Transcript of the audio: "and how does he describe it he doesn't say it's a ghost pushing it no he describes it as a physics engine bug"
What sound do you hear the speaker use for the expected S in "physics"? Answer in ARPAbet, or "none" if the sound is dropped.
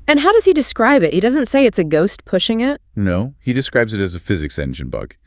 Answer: S